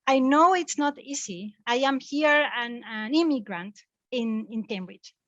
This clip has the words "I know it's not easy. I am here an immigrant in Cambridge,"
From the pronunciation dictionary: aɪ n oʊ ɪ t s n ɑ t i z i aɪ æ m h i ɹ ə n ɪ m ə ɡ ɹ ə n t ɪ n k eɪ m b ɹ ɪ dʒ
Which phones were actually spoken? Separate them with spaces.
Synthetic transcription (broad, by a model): aɪ n oʊ ɪ t s n ɑ t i s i aɪ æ m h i ɹ ə n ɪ m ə ɡ ɹ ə n t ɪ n k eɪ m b ɹ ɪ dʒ